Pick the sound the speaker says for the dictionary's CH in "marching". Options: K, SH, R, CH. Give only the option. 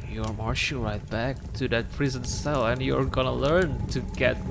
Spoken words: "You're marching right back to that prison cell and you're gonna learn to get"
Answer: SH